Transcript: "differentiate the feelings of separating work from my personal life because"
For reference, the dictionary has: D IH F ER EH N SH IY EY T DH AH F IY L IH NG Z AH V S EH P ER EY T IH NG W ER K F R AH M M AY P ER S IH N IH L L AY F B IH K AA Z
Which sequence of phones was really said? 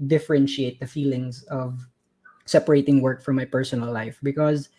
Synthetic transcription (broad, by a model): D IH F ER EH N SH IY EY T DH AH F IY L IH NG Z AH V S EH P ER EY T IH NG W ER K F R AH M M AY P ER S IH N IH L L AY F B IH K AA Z